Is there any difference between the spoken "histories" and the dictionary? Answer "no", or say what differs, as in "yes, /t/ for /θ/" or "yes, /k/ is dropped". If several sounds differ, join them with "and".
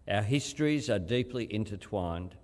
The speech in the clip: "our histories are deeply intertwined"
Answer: no